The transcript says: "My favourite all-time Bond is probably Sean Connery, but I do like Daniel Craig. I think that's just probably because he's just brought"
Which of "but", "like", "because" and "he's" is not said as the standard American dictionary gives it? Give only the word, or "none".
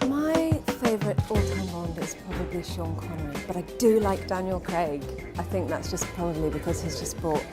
none